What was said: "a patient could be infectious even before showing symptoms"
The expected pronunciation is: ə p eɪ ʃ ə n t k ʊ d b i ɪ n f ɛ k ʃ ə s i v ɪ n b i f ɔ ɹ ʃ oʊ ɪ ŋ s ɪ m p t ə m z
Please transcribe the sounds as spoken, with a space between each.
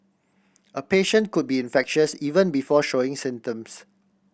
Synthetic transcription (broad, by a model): ə p eɪ ʃ ə n t k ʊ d b i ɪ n f ɛ k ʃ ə s i v ɪ n b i f ɔ ʃ oʊ ɪ ŋ s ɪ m t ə m s